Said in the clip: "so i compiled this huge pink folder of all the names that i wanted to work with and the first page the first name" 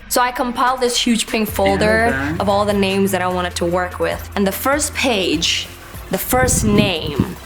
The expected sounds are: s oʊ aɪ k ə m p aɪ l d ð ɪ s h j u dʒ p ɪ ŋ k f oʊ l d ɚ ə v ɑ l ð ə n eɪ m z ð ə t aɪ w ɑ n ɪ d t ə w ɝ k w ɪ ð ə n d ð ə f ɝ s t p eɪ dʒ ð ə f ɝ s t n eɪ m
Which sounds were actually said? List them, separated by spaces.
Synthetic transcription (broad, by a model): s oʊ aɪ k ə m p aɪ l d ð ɪ s h j u dʒ p ɪ ŋ k f oʊ l d ɚ ə v ɑ l ð ə n eɪ m z ð ə t aɪ w ɑ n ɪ d t ə w ɝ k w ɪ ð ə n ð ə f ɝ s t p eɪ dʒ ð ə f ɝ s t n eɪ m